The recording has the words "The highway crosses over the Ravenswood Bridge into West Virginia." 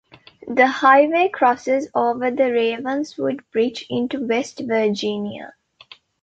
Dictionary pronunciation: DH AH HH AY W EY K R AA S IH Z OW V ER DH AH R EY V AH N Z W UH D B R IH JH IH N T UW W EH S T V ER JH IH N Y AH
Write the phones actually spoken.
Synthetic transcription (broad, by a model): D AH HH AY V EY K R AA S IH Z OW V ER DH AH R EY V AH N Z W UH D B R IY CH IH N T UW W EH S T V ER JH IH N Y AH